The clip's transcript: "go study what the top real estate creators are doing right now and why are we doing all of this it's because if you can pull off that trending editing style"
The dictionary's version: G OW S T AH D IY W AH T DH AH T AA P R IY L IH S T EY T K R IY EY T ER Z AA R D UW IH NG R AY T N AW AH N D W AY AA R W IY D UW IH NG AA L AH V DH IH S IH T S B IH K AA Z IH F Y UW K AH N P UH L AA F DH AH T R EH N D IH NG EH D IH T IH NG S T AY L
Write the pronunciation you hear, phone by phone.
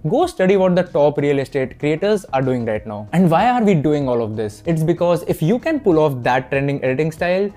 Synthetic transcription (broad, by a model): G OW S T AH D IY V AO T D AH T AA P R IY L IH S T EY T K R IY EY T ER Z AA R D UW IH NG R AY T N AW AH N D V AY AA R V IY D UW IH NG AA L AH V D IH S IH T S B IH K AA Z IH F Y UW K AH N P UH L AA F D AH T R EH N D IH NG EH D IH T IH NG S T AY L